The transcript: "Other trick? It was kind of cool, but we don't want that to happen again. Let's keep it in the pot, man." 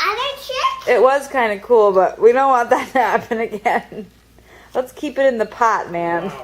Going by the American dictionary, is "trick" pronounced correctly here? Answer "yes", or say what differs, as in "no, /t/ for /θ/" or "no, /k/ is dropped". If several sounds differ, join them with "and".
no, /k/ is dropped